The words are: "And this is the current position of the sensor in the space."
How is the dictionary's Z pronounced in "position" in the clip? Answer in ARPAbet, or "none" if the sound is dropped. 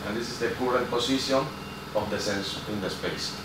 S